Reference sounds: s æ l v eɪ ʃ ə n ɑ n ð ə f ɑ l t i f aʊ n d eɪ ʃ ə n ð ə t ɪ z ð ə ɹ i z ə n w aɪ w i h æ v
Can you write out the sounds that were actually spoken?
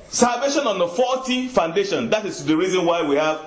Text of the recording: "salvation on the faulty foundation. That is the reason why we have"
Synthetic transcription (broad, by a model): s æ l v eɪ ʃ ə n ɑ n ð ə f ɑ t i f aʊ n d eɪ ʃ ə n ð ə t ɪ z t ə ɹ i z ə n w aɪ w i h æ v